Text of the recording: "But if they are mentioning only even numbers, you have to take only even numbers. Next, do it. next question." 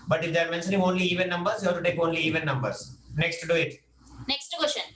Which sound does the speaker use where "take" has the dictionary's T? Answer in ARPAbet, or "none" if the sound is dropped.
T